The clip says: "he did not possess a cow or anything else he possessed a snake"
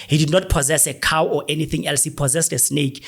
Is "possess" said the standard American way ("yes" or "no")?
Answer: yes